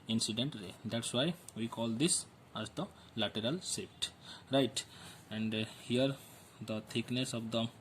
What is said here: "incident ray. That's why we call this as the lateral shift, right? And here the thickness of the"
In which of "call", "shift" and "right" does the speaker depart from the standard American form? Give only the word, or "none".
shift